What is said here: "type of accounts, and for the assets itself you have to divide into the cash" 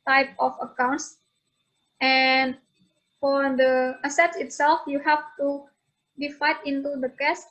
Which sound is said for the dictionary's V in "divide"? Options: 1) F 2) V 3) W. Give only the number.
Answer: 1